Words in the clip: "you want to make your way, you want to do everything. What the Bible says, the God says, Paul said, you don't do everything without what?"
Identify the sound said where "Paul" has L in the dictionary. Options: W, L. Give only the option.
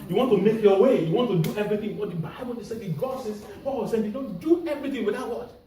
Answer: W